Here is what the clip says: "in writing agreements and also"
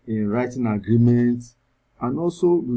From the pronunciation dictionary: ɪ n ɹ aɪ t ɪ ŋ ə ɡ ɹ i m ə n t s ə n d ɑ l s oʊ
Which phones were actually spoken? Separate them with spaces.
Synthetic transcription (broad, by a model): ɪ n ɹ aɪ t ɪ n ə ɡ ɹ i m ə n t ə n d ɑ l s oʊ